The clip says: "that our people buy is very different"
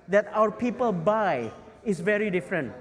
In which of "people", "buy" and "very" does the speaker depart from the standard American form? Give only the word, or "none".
none